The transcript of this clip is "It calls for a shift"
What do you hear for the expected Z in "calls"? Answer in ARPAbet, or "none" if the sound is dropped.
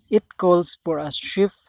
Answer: S